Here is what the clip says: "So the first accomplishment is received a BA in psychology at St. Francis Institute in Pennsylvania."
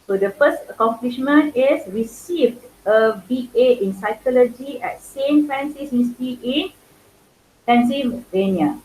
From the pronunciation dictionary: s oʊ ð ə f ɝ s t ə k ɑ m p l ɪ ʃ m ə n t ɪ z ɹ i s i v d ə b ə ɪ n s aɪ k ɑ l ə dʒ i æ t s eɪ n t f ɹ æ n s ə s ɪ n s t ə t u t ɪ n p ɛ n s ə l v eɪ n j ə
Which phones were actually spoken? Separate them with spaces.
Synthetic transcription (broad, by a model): s oʊ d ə f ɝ s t ə k ɑ m p l ɪ ʃ m ə n t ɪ s ɹ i s i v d ə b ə ɪ n s aɪ k ɑ l ə dʒ i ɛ t s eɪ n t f ɛ n s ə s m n s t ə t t ɪ n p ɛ n s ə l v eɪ n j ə